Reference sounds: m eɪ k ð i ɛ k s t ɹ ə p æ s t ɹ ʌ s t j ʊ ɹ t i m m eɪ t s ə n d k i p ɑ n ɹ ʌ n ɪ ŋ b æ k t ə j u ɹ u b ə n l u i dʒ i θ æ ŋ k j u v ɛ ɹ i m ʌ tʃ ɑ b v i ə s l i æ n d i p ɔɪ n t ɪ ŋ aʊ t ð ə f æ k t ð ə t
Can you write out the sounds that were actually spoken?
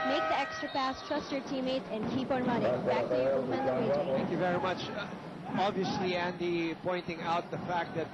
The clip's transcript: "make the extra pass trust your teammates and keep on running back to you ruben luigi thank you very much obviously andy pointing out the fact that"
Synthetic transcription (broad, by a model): m eɪ k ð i ɛ k s t ɹ ə p æ s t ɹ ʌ s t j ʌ ɹ t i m m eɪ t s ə n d k i p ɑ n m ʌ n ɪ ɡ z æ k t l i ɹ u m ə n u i i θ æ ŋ k j u v ɛ ɹ i m ʌ tʃ ɑ b v i ə s l i æ n d i p ɔɪ n t ɪ ŋ aʊ t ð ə f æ k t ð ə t